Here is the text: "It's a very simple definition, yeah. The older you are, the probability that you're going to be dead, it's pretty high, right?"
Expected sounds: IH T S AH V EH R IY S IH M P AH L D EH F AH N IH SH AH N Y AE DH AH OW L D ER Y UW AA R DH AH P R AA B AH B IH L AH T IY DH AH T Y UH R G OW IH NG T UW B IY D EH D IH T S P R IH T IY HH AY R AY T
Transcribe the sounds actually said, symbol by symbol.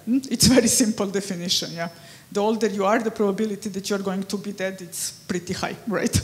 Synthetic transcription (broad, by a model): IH T S V EH R IY S IH M P AH L D EH F AH N IH SH AH N Y AE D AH OW L D ER Y UW AA R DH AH P R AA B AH B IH L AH T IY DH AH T Y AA R G OW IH NG T UW B IY D EH D IH T S P R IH T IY HH AY R AY T